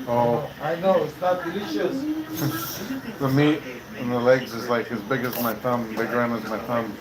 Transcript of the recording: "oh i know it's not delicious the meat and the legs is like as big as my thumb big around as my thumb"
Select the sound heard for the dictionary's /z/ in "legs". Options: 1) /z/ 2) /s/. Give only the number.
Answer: 1